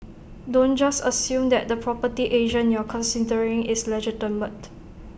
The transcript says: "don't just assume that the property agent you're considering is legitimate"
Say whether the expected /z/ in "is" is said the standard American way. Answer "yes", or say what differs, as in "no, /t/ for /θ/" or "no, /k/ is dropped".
no, /s/ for /z/